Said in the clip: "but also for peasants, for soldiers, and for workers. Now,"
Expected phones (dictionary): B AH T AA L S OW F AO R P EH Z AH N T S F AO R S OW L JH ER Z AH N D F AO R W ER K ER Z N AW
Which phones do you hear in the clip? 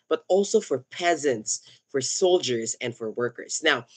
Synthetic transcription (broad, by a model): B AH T AA L S OW F AO R P EH Z AH N T S F AO R S OW L JH ER Z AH N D F AO R W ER K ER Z N AW